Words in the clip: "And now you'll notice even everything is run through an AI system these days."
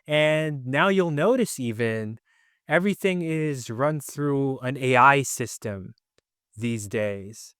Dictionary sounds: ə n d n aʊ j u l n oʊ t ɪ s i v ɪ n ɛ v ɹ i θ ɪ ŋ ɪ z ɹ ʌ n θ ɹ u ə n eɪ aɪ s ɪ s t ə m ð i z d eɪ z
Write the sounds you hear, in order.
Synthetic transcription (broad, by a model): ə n n aʊ j u l n oʊ t ɪ s i v ɪ n ɛ v ɹ i θ ɪ ŋ ɪ z ɹ ʌ n θ ɹ u ə n eɪ aɪ s ɪ s t ə m ð i z d eɪ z